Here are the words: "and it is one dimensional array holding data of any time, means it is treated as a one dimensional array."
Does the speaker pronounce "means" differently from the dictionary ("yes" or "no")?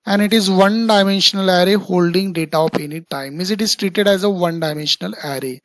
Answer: yes